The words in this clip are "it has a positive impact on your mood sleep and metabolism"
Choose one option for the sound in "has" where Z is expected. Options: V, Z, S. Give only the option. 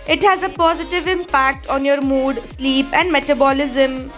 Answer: Z